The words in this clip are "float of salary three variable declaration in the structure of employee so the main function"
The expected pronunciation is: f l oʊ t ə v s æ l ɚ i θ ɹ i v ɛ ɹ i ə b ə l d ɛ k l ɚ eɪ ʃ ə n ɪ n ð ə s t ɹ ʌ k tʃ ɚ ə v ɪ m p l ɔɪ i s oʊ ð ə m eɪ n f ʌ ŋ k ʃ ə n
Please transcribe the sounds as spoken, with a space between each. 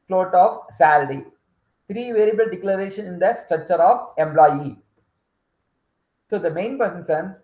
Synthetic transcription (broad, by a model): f l oʊ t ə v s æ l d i t ɹ i v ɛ ɹ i b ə l d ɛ k l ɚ eɪ ʃ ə n ɪ n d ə s t ɹ ʌ k tʃ ɚ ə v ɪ m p l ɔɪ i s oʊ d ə m eɪ n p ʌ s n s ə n